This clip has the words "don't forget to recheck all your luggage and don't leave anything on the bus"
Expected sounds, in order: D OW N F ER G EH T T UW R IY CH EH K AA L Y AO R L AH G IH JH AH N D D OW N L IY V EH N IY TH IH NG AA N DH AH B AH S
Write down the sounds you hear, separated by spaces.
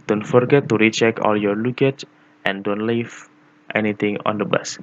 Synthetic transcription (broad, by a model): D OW N F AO G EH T T UW R IY CH EH K AA L Y AO R L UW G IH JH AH N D D OW N L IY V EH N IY T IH NG AA N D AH B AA S